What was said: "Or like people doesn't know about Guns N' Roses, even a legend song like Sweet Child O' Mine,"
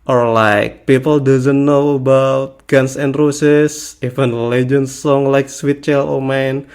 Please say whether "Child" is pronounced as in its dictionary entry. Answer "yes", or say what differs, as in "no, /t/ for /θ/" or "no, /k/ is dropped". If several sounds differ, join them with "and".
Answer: no, /d/ is dropped